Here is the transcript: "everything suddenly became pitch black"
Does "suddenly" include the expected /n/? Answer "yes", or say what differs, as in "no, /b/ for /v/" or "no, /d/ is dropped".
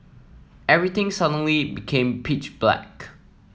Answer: yes